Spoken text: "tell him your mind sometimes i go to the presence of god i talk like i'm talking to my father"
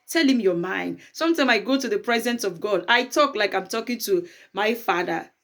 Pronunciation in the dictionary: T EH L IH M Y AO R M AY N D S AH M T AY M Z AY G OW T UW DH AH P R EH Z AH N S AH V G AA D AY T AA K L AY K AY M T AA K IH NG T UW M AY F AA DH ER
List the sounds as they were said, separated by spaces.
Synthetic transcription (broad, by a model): T EH L IH M Y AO M AY N D S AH M T AY M AY G OW T UW DH AH P R EH Z AH N S AH V G AA D AY T AA K L AY K AY M T AA K IH NG T UW M AY F AA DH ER